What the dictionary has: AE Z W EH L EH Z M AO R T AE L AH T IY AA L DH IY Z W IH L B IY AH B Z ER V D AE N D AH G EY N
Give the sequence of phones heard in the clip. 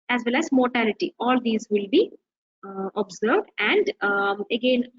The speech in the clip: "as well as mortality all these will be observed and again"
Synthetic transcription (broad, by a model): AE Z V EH L EH Z M AO R T AE L AH T IY AA L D IY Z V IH L B IY AH B Z ER V D AE N D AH G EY N